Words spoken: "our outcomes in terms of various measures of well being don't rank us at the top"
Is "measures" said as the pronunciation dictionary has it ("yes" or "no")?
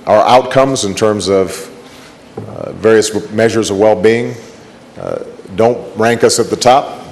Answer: yes